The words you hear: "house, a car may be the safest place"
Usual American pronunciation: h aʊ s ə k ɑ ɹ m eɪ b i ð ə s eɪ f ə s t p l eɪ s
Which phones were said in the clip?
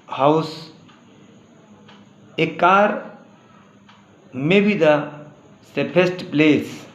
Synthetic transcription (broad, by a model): h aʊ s ə k ɑ ɹ m eɪ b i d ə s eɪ p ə s t p l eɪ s